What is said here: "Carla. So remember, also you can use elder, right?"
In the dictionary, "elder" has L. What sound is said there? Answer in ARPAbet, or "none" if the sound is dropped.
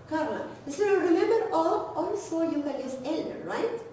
L